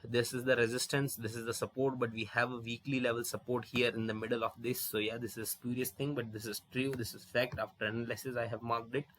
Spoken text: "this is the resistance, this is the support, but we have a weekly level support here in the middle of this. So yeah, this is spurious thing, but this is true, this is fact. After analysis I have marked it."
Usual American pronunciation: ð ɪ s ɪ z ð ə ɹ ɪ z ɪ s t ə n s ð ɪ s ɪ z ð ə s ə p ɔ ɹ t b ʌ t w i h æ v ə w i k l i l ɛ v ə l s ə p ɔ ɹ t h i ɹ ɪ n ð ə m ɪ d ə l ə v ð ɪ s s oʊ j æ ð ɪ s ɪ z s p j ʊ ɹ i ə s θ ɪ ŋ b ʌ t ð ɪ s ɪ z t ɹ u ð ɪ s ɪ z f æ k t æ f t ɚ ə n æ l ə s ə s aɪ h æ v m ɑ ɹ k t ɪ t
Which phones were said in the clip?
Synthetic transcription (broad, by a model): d ɪ s ɪ z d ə ɹ ɪ z ɪ s t ə n s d ɪ s ɪ z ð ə s ə p ɔ ɹ t b ʌ t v i h æ v ə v i k l i l ɛ v ə l s ə p ɔ ɹ t h i ɹ ɪ n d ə m ɪ d ə l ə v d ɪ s s oʊ j æ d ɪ s ɪ z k j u ɹ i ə s t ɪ ŋ b ʌ t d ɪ s ɪ z t ɹ u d ɪ s ɪ z f æ k t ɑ f t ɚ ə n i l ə s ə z aɪ h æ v m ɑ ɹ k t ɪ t